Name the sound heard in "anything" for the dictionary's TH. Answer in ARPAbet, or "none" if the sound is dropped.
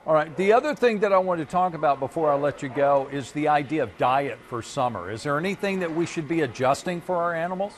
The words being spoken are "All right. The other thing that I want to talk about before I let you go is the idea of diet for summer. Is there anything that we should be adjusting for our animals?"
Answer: TH